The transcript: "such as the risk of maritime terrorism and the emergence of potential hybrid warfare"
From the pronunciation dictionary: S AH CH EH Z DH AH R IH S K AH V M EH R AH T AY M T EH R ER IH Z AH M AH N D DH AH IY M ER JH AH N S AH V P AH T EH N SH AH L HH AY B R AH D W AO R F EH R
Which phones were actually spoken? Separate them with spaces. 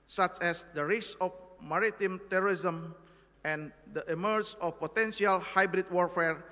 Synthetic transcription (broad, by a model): S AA CH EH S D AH R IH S AH F M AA R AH T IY M T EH R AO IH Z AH M AH N D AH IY M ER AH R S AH F P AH T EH N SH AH L HH AY B R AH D W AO R F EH R